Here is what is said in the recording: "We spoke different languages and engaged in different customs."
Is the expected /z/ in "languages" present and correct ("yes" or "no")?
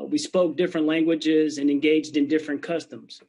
yes